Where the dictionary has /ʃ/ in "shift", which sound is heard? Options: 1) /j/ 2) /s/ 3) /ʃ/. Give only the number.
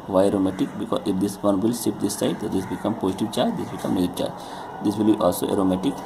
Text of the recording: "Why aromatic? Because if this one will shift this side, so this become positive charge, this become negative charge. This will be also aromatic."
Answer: 2